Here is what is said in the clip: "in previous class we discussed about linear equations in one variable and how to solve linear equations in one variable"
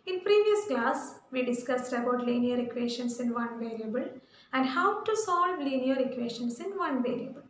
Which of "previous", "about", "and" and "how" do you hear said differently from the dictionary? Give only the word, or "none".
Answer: none